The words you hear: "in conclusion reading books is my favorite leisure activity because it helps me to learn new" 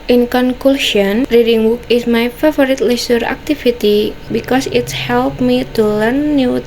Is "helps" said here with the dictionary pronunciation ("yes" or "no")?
no